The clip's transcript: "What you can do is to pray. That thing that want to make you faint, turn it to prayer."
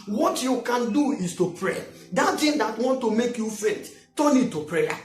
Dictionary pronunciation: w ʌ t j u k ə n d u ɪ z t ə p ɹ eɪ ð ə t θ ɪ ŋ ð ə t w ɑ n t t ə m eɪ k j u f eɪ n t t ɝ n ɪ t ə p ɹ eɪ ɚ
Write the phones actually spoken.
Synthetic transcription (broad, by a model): w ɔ t j u k ə n d u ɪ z t ə p ɹ eɪ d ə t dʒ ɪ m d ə t w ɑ n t t ə m eɪ k j u f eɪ t t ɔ n ɪ t ə p ɹ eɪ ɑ